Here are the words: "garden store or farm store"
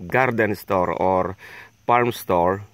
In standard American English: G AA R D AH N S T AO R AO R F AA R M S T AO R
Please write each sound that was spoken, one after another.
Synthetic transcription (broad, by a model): G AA R D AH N S T AO R AO R P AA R M S T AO R